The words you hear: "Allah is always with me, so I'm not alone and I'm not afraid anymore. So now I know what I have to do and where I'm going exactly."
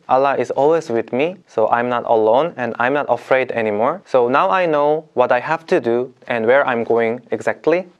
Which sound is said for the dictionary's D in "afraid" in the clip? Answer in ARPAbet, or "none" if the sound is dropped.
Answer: D